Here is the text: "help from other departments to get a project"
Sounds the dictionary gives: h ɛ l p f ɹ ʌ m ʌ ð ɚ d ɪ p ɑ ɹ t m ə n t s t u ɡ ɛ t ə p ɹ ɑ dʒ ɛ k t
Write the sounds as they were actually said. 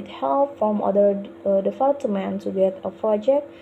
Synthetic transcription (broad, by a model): h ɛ l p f ɹ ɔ m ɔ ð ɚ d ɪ f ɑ l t m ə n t t u ɡ ɛ t ə p ɹ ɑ dʒ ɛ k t